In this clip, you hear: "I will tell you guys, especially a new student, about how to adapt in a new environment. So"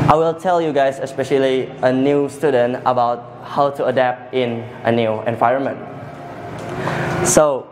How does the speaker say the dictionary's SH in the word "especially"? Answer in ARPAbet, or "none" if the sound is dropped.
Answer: SH